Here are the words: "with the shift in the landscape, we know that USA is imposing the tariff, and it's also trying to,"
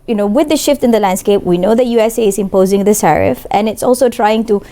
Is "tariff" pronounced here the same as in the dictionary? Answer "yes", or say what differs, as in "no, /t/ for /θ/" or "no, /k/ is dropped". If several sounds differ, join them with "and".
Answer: no, /s/ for /t/